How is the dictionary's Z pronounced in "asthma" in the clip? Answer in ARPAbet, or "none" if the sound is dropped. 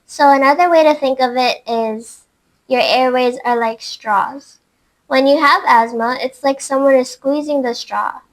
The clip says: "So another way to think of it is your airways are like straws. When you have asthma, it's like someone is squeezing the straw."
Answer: Z